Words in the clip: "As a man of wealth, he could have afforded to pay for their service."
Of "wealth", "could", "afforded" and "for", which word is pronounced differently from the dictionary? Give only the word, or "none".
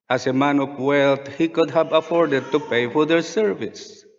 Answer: wealth